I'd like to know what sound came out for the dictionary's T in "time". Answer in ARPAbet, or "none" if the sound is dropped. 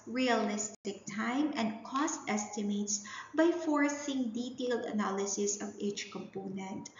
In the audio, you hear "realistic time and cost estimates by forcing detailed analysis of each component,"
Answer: T